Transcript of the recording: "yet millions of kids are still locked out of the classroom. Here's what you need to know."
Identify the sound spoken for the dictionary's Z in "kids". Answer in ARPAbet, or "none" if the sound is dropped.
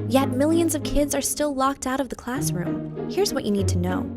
Z